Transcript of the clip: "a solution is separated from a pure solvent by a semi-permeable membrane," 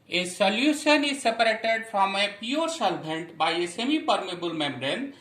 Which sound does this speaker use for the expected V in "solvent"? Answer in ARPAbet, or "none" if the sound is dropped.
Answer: B